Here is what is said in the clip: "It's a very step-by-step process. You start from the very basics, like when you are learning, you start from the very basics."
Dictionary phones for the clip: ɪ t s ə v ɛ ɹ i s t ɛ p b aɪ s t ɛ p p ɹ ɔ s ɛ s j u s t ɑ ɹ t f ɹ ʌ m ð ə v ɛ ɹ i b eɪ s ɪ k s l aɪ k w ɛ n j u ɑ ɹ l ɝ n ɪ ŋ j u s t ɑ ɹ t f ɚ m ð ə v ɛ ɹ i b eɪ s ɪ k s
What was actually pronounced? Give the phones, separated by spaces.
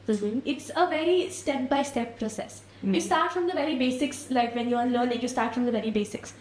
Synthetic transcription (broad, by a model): ɪ t s ə v ɛ ɹ i s t ɛ p b aɪ s t ɛ p p ɹ ɔ s ɛ s j u s t ɑ ɹ t f ɹ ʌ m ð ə v ɛ ɹ i b eɪ s ɪ k s l aɪ k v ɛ n j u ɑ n l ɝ l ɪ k j u s t ɑ ɹ t f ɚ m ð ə v ɛ ɹ i b eɪ s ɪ k s